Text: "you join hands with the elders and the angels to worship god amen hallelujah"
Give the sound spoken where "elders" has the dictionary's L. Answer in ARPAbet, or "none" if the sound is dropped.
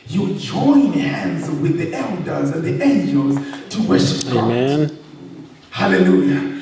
L